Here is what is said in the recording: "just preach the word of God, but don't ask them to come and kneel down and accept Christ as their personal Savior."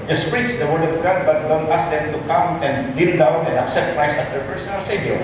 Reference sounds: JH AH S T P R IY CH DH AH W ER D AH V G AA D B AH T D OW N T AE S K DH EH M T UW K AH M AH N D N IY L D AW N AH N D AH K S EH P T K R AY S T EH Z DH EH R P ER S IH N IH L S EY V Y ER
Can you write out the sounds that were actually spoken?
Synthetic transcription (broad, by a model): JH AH S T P R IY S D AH W ER D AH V G AA D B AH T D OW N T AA S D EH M T UW K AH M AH N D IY N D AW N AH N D AH K S EH P T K R AY S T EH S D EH R P ER S IH N IH L S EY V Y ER